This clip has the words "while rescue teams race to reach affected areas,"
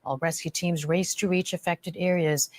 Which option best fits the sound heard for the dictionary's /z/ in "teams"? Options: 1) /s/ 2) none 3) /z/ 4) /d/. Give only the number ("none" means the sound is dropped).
3